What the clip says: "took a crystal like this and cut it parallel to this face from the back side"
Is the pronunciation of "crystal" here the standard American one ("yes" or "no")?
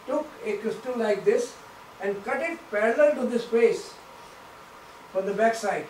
yes